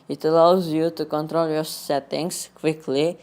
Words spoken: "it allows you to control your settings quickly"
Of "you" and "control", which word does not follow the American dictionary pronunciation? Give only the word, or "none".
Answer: none